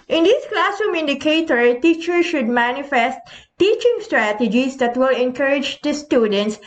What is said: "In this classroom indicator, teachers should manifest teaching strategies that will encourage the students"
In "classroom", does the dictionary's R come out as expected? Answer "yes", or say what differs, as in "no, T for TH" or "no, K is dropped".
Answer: no, R is dropped